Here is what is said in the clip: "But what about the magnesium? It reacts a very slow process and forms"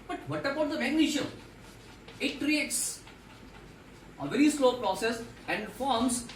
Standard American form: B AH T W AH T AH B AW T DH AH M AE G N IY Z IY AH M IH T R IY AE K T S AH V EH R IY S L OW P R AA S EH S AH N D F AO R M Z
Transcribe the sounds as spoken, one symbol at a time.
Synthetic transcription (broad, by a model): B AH T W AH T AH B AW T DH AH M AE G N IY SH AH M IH T R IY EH T S AH V EH R IY S L OW P R AA S EH S AH N D F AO R M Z